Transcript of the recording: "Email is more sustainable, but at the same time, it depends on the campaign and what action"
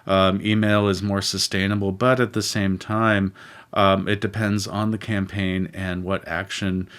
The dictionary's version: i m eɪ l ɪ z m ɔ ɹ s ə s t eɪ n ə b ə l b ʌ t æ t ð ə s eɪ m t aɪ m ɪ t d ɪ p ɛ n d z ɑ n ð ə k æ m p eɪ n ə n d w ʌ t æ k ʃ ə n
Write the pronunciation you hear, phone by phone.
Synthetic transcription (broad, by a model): i m eɪ l ɪ z m ɔ ɹ s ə s t eɪ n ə b l b ʌ t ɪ t ð ə s eɪ m t aɪ m ɪ t d ɪ p ɛ n d z n ð ə k æ m p eɪ n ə n w ʌ t æ k ʃ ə n